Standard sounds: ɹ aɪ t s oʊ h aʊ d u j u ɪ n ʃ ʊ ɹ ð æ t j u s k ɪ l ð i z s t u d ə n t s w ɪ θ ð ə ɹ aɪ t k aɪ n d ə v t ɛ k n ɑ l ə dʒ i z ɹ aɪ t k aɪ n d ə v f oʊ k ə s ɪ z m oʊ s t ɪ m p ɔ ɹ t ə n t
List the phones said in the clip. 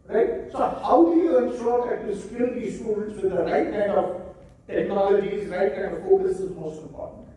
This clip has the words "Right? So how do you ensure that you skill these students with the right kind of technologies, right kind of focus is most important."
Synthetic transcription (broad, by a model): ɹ aɪ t s oʊ h aʊ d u j u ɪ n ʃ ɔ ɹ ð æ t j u s k ɪ l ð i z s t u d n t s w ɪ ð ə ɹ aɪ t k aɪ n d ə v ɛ n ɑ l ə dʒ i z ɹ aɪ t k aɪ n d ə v f oʊ k ə s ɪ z m oʊ s t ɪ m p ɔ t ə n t